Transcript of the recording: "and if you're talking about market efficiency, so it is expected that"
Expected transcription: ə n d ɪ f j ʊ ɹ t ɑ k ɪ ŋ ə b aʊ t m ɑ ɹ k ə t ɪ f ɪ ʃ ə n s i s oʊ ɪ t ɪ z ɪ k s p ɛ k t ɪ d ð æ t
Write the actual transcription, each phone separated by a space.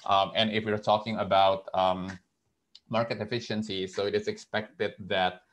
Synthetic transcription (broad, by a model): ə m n ɪ f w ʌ ɹ t ɑ k ɪ ŋ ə b aʊ t m ɑ ɹ k ə t ɪ f ɪ ʃ ə n s i s oʊ ɪ t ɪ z ɪ k s p ɛ k t ɪ d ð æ t